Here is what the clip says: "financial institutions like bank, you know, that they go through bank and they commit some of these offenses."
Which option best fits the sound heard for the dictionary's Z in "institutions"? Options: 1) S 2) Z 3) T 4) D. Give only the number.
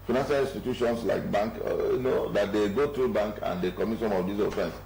1